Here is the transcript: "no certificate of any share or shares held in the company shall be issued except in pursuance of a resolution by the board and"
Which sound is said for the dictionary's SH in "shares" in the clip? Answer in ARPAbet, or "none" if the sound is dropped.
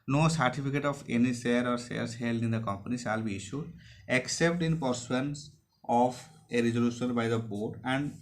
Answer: S